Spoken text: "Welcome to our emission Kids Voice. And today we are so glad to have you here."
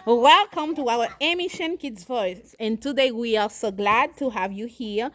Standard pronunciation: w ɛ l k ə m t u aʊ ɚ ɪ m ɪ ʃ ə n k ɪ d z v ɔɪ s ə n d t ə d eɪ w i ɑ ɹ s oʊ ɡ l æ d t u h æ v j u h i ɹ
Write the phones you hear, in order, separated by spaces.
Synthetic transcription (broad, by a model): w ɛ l k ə m t u aʊ ɚ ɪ m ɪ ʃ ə n k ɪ d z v ɔɪ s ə n t ə d eɪ w i ɑ ɹ s oʊ ɡ l æ d t u h æ v j u h i ɹ